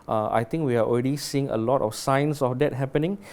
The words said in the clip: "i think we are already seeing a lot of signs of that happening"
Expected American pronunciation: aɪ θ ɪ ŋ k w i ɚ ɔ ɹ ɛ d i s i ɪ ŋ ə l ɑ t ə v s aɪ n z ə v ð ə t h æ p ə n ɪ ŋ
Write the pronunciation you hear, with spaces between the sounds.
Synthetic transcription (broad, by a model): aɪ t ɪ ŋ k w i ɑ ɔ ɹ ɛ d i s i ɪ ŋ ə l ɑ t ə f s aɪ n s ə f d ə t h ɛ p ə n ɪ ŋ